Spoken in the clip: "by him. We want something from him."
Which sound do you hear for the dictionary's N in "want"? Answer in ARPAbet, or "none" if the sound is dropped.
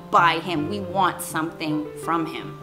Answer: N